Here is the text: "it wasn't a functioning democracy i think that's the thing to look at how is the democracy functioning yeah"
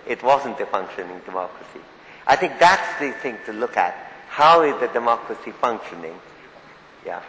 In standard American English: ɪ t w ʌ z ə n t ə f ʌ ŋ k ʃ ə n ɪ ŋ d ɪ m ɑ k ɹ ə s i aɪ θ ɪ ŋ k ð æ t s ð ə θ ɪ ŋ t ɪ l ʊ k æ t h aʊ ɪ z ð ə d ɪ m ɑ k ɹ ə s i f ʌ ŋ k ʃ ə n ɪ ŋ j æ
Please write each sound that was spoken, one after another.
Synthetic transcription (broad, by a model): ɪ t w ʌ z ə n t ə f ʌ ŋ k ʃ ə n ɪ ŋ d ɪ m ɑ k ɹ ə s i aɪ θ ɪ ŋ k ð æ t s ð ə θ ɪ ŋ t ɪ l ʊ k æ t h aʊ ɪ z ð ə d ɪ m ɑ k ɹ ə s i f ʌ ŋ k ʃ ə n ɪ ŋ j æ